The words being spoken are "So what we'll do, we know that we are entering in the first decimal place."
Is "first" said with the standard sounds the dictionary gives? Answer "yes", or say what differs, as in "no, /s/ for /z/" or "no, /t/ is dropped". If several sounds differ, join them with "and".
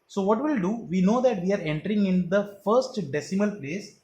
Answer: yes